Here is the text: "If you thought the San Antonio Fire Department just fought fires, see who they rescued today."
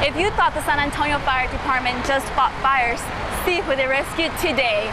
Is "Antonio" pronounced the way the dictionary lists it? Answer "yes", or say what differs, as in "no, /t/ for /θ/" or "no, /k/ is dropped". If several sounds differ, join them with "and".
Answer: yes